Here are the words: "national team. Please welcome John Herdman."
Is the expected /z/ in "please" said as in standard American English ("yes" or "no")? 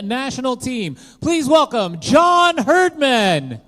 yes